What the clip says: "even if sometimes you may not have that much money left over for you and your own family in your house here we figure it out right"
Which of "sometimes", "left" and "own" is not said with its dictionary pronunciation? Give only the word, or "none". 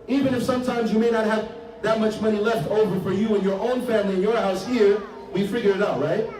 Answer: none